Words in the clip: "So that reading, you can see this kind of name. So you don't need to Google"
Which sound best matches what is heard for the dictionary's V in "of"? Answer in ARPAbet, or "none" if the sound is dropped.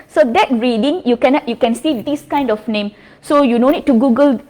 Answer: F